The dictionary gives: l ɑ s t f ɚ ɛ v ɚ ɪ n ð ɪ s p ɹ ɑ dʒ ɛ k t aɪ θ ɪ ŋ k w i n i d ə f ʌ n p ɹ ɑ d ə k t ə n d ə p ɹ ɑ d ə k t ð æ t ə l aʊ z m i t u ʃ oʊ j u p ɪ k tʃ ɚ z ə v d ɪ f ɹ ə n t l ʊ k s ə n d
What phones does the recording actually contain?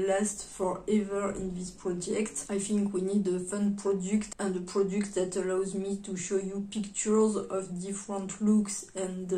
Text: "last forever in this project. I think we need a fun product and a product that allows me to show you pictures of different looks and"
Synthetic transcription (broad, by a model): l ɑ s t f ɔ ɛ v ɚ ɪ n ð ɪ s p ɹ ɑ dʒ ɛ k t aɪ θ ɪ ŋ k w i n i d ə f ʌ n p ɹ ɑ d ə k t ə n d ə p ɹ ɑ d ə k t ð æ t ə l aʊ z m i t u ʃ oʊ j u p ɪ k tʃ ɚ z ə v d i f ɹ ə n t l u k s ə n